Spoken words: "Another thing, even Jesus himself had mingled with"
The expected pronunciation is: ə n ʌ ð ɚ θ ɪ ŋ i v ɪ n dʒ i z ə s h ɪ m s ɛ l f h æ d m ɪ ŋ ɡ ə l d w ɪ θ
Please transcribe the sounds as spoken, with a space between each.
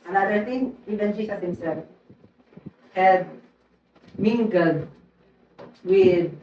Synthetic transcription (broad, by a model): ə n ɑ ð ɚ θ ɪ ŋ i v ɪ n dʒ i s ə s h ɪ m s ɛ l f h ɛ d m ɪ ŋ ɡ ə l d w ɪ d